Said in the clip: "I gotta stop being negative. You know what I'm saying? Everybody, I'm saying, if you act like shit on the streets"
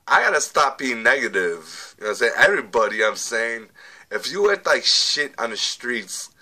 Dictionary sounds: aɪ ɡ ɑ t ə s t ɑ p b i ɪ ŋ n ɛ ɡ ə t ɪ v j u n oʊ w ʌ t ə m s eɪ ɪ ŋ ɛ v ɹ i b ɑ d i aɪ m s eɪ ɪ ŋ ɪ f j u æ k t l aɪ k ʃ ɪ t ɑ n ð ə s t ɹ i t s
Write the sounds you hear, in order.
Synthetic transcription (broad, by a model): aɪ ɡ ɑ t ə s t ɑ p b i ɪ ŋ n ɛ ɡ ə t ɪ v j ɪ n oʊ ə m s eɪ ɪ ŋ ɛ v ɹ i b ɑ d i aɪ m s eɪ ɪ ŋ ɪ f j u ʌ t l aɪ k ʃ ɪ t n ð ə s t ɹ i t s